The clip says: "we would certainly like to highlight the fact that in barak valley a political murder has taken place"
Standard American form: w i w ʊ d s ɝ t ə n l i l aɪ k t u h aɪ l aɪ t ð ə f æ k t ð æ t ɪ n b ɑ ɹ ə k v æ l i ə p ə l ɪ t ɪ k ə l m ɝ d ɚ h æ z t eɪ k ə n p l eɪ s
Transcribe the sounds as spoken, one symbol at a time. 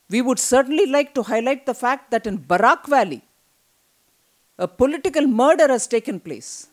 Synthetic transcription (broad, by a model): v i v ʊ d s ɝ t ə n l i l aɪ k t u h aɪ l aɪ t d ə f æ k t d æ t ɪ n b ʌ ɹ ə k v æ l i ə p ə l ɪ t ɪ k ə l m ɝ d ɚ h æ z t eɪ k ə n p l eɪ s